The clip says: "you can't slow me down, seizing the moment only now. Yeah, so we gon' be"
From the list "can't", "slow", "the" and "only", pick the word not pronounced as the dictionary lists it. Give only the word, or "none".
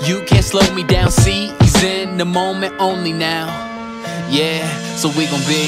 none